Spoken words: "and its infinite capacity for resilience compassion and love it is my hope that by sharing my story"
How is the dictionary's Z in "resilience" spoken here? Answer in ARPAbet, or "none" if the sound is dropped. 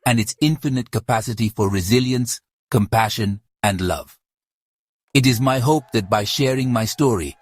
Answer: Z